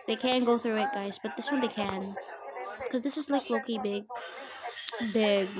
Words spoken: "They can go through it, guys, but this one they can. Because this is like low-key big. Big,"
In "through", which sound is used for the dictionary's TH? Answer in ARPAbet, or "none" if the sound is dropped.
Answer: TH